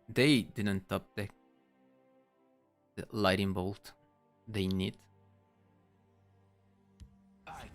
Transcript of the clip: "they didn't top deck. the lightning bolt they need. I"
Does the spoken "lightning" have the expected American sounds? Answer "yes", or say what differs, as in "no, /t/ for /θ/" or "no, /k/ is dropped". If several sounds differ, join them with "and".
no, /n/ is dropped